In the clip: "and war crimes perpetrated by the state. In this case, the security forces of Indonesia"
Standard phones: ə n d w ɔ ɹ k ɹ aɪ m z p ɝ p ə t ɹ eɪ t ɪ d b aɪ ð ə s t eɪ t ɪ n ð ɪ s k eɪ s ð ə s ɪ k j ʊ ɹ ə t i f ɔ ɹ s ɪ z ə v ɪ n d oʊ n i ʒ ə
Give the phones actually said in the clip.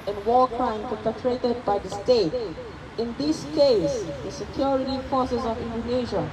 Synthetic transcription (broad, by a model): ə n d w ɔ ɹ k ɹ aɪ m p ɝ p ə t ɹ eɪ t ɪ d b aɪ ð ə s t eɪ t ɪ n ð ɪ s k eɪ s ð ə s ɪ k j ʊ ɹ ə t i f ɔ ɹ s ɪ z ə v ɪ n d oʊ n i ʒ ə